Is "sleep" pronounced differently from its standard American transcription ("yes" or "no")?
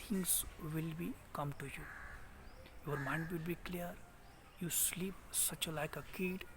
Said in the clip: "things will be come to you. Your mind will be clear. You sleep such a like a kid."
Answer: no